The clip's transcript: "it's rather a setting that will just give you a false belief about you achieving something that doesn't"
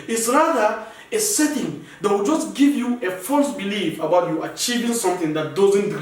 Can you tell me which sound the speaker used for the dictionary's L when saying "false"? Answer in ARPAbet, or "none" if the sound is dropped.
L